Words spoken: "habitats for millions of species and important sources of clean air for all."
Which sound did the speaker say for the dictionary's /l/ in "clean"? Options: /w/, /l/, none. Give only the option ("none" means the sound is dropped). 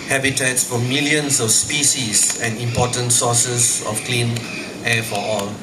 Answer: /l/